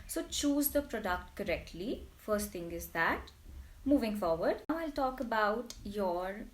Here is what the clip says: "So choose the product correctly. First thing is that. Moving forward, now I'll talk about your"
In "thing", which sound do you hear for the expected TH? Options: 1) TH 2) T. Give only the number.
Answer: 2